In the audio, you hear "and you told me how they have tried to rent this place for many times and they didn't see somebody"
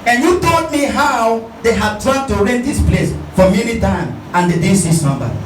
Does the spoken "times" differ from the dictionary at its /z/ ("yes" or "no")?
yes